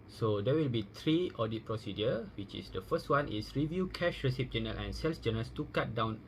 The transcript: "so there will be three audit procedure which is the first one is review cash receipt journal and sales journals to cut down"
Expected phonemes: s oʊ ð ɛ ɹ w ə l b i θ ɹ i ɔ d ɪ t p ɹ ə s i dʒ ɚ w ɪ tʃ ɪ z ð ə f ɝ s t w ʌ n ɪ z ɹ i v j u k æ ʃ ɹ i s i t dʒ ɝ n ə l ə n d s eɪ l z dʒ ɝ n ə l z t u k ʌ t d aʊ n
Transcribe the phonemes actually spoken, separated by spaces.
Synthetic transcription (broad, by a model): s oʊ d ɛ w ə l b i t ɹ i ɔ d ɪ t p ɹ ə s i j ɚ w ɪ tʃ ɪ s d ə f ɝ s t w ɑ n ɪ s ɹ i v j u k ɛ ʃ ɹ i s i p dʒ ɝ n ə l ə n s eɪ l s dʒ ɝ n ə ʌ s t u k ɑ t d aʊ n